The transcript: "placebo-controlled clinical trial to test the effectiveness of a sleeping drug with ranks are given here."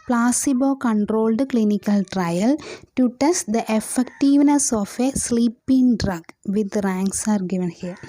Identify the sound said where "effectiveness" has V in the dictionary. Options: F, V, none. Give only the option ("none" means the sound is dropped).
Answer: V